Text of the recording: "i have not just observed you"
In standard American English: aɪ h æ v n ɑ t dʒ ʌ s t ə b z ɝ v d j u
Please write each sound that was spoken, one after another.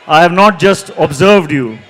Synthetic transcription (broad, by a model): aɪ h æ v n ɑ t dʒ ʌ s t ə b z ɝ v d j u